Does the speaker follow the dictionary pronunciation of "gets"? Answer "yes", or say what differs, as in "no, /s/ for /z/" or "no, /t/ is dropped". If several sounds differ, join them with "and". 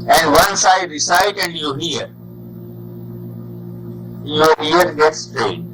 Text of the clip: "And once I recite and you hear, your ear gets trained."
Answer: yes